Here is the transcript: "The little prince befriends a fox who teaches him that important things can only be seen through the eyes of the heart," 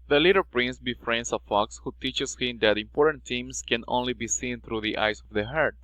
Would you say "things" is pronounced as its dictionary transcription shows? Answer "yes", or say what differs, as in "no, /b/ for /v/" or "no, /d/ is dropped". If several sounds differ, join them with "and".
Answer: no, /t/ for /θ/